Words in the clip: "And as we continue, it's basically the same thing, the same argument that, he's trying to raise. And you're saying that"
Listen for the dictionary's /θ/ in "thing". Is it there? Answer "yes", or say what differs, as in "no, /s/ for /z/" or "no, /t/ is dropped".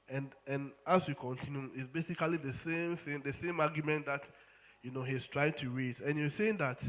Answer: yes